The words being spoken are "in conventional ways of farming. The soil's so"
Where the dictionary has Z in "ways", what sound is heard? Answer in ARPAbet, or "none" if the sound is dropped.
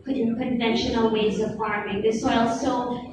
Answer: Z